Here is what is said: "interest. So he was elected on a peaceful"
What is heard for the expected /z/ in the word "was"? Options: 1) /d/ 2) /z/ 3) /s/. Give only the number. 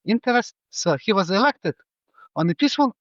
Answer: 2